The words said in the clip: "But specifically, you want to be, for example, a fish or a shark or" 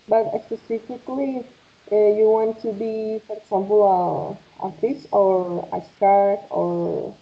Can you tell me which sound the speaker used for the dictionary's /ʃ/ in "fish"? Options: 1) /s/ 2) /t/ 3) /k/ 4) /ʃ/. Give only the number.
1